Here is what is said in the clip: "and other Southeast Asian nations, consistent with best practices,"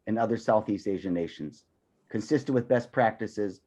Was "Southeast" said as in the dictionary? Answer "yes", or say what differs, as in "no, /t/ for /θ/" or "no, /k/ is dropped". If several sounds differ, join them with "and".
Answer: yes